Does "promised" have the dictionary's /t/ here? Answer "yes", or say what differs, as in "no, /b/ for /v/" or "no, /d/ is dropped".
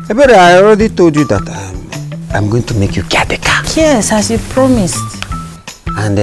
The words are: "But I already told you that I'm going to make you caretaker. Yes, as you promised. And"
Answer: yes